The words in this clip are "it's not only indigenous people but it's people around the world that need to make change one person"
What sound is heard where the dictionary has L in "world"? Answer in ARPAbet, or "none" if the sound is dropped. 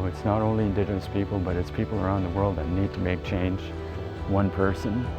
L